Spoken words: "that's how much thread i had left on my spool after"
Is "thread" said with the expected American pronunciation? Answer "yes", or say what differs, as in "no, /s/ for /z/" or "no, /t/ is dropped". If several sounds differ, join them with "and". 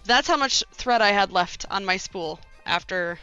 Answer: yes